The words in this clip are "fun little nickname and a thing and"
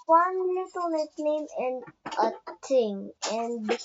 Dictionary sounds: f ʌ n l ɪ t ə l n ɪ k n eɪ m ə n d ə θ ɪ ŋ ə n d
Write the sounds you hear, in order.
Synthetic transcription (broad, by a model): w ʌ n l ɪ t ə l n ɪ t n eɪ m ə n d ə t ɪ ŋ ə n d